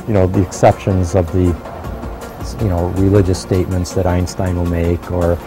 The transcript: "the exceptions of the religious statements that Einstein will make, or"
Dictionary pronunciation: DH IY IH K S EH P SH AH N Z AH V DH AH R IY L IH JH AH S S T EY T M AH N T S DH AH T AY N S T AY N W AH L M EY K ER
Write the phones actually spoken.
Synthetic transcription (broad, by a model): DH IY IH K S EH P SH AH N Z AH V DH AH R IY L IH JH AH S S T EY T M AH N T S DH AH T AY N S T AY N W AH L M EY K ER